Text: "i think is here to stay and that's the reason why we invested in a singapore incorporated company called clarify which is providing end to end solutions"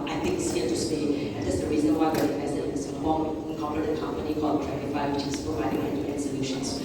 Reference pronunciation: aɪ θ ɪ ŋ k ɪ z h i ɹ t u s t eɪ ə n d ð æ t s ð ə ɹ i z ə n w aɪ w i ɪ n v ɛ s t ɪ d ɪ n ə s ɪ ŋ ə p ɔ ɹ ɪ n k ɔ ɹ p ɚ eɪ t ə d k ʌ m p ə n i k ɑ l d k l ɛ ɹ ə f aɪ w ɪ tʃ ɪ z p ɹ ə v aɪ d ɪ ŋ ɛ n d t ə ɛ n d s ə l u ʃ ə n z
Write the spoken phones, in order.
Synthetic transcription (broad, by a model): aɪ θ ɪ ŋ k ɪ s h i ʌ t u s t eɪ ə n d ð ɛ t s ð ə ɹ i z ə n w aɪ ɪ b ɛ t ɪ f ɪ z ə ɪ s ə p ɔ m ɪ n k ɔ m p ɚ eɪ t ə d k ʌ m p ə n i k ɑ l d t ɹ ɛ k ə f aɪ w ɪ tʃ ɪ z p ɹ ə v aɪ d ɪ ŋ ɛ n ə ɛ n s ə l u ʃ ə n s